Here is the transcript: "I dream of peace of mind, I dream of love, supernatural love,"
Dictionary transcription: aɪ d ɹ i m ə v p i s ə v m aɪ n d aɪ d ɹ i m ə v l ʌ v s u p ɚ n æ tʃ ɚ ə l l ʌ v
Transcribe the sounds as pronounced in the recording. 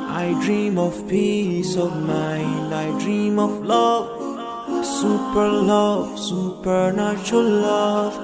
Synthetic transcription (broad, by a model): aɪ d ɹ i m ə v p i s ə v m aɪ n d aɪ d ɹ i m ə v l ʌ v s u p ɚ l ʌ s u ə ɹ l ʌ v